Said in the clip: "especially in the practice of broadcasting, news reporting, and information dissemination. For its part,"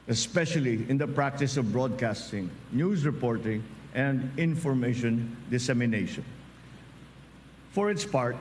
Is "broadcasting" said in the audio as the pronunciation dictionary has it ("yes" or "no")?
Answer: yes